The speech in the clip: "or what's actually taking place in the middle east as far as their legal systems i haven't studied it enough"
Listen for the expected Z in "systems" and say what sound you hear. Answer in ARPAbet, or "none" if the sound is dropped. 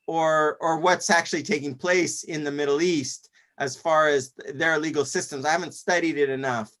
Z